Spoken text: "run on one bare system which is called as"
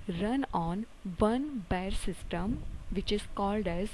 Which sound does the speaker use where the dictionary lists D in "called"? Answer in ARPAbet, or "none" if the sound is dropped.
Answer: D